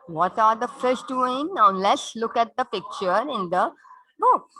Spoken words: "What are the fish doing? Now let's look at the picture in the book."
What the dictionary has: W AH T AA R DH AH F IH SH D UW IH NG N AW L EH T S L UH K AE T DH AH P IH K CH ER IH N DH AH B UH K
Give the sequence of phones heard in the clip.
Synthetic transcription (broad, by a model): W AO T AA R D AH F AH S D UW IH NG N L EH S L UH K AE T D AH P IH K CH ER IH N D AH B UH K